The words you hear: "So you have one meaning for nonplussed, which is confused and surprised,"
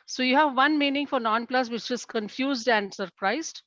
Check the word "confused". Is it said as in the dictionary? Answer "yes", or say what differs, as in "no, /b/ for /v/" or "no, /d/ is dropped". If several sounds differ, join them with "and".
yes